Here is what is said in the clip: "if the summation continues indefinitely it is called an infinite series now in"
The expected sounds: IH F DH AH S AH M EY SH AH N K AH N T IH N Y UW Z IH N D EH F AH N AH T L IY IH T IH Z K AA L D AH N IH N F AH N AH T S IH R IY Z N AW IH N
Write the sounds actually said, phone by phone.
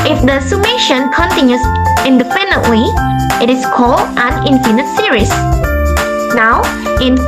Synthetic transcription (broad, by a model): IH F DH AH S AH M EY SH AH N K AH N T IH N Y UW S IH N D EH P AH N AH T W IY IH T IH S K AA L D AH N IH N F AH N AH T S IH R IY S N AW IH N